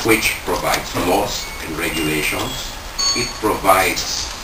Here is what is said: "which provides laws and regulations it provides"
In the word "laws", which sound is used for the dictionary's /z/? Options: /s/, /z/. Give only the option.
/s/